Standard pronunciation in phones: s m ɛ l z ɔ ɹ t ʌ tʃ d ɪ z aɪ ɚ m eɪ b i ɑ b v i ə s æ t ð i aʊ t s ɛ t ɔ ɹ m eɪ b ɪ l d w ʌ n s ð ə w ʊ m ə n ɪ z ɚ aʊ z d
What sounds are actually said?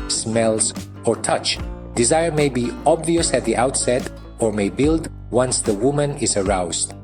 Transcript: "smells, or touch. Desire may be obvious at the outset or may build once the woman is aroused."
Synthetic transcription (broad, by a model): s m ɛ l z ɔ ɹ t ʌ tʃ d ɪ z aɪ ɚ m eɪ b i ɑ b v i ə s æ t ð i aʊ t s ɛ t ɔ ɹ m eɪ b ɪ l d w ʌ n s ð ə w ʊ m ə n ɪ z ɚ aʊ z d